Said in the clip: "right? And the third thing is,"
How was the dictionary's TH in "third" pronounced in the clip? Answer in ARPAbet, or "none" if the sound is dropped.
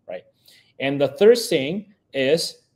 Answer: TH